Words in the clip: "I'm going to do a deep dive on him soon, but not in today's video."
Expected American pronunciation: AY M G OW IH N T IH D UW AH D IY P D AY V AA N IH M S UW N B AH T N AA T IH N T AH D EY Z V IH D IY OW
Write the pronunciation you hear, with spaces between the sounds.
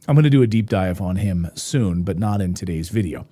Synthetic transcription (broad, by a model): AY M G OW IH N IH D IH AH D IY P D AY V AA N IH M S UW N B AH T N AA T IH N T AH D EY Z V IH D IY OW